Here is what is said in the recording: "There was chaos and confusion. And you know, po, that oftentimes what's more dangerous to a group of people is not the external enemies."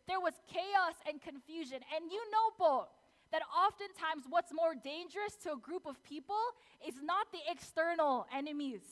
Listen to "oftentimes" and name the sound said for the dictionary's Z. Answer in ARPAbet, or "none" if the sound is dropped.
Z